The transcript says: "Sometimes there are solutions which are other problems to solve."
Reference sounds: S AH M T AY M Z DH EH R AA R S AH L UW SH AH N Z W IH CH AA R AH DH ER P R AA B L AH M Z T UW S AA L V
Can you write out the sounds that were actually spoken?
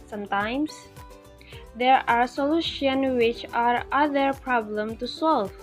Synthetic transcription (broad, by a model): S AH M T AY M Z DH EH R AA R S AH L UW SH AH N W IH CH AA R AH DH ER P R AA B L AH M T UW S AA L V